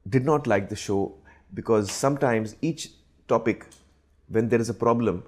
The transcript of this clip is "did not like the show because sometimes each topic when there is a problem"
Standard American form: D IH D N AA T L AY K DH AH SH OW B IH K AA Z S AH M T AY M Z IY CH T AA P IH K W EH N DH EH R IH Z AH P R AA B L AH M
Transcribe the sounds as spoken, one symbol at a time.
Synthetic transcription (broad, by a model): D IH D N AA T L AY K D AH SH OW B IH K AA Z S AH M T AY M Z IY CH T AA P IH K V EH N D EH R IH Z AH P R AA B L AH M